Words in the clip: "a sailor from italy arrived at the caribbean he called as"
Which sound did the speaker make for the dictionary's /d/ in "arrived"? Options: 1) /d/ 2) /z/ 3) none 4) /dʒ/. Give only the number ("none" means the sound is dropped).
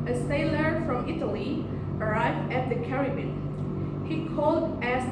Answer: 1